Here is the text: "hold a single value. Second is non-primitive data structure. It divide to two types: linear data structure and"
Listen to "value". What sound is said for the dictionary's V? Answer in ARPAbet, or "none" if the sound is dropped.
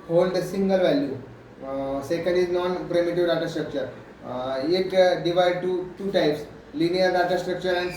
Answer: V